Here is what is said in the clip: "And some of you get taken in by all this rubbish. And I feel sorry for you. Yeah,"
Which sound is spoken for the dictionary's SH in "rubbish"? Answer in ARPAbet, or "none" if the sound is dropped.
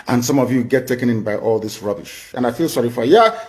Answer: SH